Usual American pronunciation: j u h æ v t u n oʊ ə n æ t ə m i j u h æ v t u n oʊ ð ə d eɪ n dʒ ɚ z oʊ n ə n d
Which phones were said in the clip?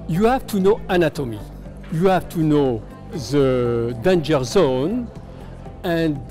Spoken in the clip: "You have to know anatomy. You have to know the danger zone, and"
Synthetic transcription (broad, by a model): j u h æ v t u n oʊ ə n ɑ t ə m i j u h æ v t u n oʊ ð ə d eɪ n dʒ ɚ z oʊ n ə n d